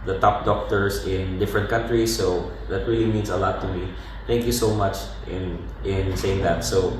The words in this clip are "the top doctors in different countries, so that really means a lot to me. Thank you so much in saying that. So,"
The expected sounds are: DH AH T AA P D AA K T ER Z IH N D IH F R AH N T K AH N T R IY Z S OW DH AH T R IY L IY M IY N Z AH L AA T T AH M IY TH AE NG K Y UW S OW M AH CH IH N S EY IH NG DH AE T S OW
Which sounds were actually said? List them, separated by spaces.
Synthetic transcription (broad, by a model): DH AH T AA P D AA K T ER S IH N D IH F R AH N T K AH N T R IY S OW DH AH T R IY L IY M IY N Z AH L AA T T AH M IY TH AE NG K Y UW S OW M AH CH IH N S EY IH NG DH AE T S OW